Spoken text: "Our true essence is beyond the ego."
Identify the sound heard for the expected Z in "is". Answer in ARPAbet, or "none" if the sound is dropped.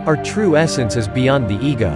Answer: Z